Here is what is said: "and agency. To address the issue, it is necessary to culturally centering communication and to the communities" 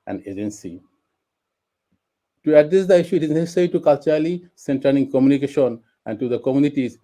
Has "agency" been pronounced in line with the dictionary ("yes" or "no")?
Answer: yes